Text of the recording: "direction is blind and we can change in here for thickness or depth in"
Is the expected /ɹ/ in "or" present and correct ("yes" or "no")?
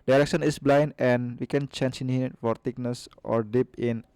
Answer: yes